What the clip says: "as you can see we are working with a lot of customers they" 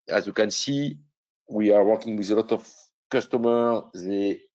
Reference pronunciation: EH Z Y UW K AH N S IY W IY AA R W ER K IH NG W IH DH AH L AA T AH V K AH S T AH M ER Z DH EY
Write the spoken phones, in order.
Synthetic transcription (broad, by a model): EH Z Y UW K AH N S IY W IY AA R W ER K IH NG W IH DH AH L AA T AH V K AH S T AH M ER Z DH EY